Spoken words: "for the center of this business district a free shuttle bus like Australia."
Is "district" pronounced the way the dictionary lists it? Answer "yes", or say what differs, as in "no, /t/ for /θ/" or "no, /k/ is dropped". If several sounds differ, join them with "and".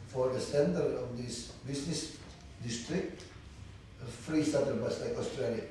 yes